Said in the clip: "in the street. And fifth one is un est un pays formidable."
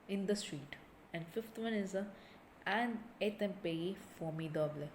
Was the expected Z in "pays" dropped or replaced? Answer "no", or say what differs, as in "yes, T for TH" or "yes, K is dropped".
yes, Z is dropped